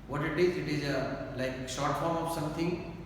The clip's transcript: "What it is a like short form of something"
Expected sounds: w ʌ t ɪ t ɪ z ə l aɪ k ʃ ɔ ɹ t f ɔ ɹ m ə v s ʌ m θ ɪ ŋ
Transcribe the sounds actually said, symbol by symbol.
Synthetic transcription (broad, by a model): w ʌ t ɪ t ɪ z ə l aɪ k s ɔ ɹ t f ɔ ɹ m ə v s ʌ m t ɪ ŋ